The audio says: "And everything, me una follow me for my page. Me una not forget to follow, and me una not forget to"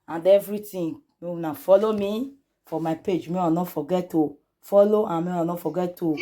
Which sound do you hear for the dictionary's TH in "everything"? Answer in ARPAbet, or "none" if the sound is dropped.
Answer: T